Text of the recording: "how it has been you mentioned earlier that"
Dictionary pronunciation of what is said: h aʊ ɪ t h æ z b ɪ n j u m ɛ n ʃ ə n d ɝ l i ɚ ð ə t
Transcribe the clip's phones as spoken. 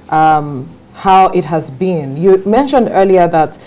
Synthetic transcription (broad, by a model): h aʊ ɪ t h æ z b ɪ n j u m ɛ n ʃ ə n d ɝ l i ɚ ð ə t